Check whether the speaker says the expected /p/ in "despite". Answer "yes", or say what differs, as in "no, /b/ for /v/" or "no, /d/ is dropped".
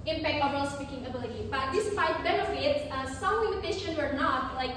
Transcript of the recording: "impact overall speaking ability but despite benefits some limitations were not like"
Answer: no, /f/ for /p/